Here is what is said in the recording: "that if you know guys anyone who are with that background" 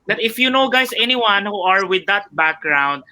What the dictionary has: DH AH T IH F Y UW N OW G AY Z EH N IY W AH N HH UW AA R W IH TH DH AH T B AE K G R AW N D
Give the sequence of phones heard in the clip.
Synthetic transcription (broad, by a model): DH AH T IH F Y UW N OW G AY S EH N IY W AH N HH UW AA R W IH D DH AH T B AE K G R AW N D